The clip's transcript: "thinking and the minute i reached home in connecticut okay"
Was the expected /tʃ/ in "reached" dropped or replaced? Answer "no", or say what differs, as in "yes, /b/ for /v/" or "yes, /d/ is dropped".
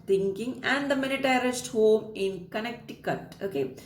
yes, /s/ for /tʃ/